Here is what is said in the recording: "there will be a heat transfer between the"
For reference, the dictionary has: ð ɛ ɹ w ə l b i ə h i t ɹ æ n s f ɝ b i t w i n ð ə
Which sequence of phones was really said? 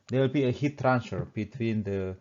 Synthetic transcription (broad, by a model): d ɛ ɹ w ə l b i ə h i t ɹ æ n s ɝ b i t w i n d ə